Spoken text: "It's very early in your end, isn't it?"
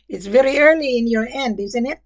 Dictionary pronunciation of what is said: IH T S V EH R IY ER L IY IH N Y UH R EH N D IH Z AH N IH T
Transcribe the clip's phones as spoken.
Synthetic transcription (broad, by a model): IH T S V EH R IY ER L IY IH N Y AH R EH N D IH Z AH N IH T